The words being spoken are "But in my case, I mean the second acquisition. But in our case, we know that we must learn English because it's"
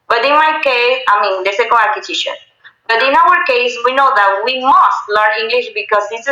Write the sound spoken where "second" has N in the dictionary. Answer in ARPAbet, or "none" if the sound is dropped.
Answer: none